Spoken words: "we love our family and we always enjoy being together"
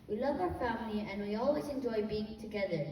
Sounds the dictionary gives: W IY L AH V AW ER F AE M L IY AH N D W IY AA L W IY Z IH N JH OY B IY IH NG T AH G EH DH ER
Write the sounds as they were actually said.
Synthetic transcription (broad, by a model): W IY L AH V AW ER F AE M L IY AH N W IY AA L W IY Z IH N JH OY B IY IH NG T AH G EH DH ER